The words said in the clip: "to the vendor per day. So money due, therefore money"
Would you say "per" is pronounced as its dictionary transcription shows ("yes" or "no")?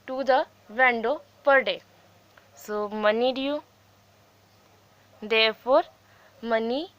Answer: yes